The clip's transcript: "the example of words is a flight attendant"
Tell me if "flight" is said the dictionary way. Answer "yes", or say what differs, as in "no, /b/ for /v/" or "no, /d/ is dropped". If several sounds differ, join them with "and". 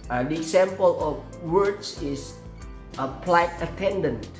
no, /p/ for /f/